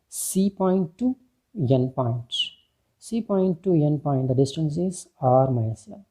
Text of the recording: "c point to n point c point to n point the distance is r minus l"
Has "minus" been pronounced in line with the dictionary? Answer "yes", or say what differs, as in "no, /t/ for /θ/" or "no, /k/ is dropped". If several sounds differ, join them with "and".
no, /s/ is dropped